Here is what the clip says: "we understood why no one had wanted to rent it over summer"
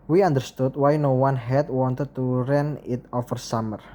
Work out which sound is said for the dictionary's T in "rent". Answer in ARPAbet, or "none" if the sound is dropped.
none